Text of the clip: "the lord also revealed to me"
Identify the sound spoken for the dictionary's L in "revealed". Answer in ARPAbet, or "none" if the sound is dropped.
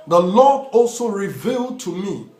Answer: L